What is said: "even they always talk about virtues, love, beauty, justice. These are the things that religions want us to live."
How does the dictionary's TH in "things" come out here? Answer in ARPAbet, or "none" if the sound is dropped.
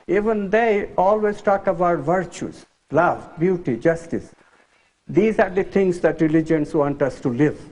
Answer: T